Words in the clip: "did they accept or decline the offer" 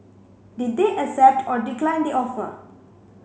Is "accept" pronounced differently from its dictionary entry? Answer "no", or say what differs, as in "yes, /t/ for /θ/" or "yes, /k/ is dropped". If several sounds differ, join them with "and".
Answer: yes, /k/ is dropped